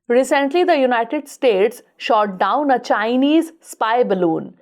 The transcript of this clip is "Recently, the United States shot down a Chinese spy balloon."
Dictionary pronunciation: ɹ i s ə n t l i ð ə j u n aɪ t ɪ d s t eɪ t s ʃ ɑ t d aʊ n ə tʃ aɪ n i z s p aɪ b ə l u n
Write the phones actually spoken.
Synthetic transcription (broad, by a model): ɹ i s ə n t l i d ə j u n aɪ t ɪ d s t eɪ t s ʃ ɑ t d aʊ n ə tʃ aɪ n i z s p aɪ b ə l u n